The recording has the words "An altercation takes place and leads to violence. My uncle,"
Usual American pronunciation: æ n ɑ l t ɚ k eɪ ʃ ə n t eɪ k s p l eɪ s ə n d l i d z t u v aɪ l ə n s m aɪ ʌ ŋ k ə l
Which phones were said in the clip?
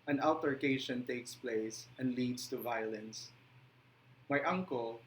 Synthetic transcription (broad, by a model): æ n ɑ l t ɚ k eɪ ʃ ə n t eɪ k s p l eɪ s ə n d l i d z t u v aɪ l ə n s m aɪ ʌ ŋ k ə l